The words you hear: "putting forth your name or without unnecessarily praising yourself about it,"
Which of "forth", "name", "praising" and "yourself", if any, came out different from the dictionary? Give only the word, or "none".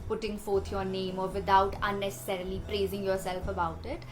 forth